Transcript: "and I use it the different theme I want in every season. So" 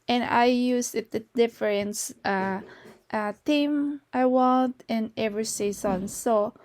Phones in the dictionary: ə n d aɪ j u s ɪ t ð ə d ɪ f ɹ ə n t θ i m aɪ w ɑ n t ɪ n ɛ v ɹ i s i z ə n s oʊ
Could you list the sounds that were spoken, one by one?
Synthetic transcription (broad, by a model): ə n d aɪ j u s ɪ t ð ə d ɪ f ɹ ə n t t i m aɪ w ɑ n t ɪ n ɛ v ɹ i s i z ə n s oʊ